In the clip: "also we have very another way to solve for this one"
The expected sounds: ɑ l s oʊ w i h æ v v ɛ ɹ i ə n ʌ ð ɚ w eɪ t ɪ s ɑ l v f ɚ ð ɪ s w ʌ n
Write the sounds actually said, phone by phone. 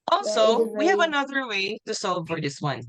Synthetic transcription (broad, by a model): ɑ l s oʊ w i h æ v v ə n ʌ ð ɚ w eɪ t ɪ s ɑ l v f ɚ ð ɪ s w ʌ n